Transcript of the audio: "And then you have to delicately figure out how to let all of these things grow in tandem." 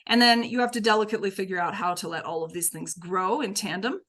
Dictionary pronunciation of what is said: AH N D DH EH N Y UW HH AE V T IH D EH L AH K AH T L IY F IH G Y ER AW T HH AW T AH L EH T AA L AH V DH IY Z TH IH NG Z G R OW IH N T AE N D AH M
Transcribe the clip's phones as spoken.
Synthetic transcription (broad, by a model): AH N DH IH N Y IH HH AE F T IH D EH L AH K AH T L IY F IH G Y ER AW T HH AW T AH L EH T AA L AH V DH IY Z TH IH NG Z G R OW IH N T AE N D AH M